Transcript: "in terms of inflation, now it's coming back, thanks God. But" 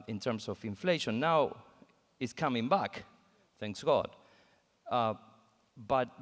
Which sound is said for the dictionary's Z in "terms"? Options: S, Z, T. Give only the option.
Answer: S